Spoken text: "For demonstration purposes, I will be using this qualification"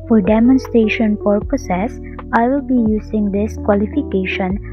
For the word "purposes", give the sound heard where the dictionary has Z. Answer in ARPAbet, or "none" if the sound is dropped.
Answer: S